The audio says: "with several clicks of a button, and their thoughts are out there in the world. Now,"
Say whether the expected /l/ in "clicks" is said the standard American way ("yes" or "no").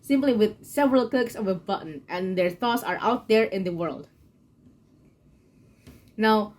no